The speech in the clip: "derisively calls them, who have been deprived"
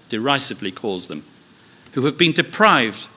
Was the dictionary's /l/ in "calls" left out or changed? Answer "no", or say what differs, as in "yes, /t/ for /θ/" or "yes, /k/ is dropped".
no